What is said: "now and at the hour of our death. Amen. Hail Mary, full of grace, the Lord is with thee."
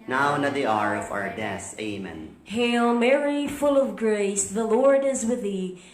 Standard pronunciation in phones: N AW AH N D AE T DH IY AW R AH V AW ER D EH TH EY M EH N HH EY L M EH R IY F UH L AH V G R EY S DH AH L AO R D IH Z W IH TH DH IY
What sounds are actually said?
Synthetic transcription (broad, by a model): N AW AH N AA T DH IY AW R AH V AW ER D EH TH EY M EH N HH EY L M EH R IY F UH L AH V G R EY S DH AH L AO R D IH Z W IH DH IY